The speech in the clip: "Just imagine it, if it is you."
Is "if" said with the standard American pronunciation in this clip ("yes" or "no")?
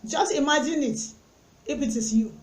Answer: no